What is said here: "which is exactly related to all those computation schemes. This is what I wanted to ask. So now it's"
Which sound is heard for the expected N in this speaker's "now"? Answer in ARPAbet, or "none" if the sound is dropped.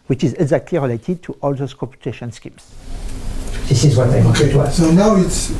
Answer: N